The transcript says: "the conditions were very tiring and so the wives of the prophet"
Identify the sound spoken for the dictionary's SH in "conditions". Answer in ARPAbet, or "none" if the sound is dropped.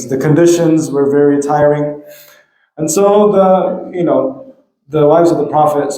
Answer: SH